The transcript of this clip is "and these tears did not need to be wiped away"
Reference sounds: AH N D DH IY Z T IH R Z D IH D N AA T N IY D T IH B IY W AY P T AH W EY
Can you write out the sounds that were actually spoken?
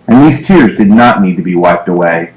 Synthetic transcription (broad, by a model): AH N DH IY Z T IH R Z D IH D N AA T N IY D T IH B IY W AY P T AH W EY